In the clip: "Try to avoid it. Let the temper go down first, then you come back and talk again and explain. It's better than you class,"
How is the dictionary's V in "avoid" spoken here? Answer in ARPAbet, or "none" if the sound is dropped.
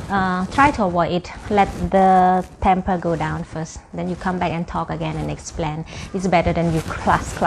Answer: W